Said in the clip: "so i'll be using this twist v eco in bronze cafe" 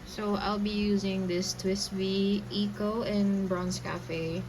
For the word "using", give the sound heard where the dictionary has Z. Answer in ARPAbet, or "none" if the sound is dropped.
Z